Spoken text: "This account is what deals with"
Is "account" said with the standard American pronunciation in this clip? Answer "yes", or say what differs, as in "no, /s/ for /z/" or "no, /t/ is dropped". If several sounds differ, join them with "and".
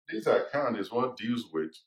no, /t/ is dropped